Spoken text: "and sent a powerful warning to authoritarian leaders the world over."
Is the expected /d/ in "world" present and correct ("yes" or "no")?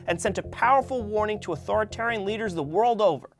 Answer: yes